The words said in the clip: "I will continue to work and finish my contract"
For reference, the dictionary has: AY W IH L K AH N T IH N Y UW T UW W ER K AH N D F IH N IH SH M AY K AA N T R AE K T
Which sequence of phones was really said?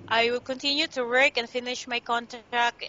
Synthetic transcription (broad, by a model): AY W IH L K AH N T IH N Y UW T UW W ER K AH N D F IH N IH SH M AY K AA N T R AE K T